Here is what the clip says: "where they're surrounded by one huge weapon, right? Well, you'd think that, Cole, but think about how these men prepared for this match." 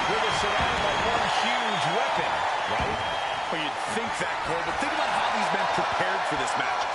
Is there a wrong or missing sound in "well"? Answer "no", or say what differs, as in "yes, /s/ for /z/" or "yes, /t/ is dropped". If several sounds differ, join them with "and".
yes, /n/ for /l/